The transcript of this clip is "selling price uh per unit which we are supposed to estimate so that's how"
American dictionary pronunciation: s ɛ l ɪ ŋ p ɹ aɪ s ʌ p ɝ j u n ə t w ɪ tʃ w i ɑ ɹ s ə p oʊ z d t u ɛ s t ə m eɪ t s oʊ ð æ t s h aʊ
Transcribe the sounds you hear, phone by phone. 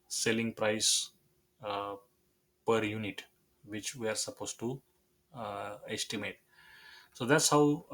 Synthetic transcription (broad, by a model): s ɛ l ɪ ŋ p ɹ aɪ s p ɝ j u n ə t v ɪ tʃ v i ɑ ɹ s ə p oʊ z t u ɛ s t ə m eɪ t s oʊ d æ t s h aʊ